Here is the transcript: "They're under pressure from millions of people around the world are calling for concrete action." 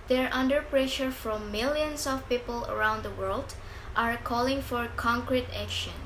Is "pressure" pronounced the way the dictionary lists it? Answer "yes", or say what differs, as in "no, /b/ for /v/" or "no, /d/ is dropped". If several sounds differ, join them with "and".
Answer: yes